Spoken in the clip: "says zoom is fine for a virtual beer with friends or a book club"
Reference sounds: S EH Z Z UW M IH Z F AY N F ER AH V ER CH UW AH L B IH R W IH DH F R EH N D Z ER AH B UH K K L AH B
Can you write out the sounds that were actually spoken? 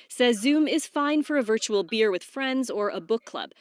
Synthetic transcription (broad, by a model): S EH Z Z UW M IH Z F AY N F ER AH V ER CH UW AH L B IH R W IH DH F R EH N D Z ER AH B UH K K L AH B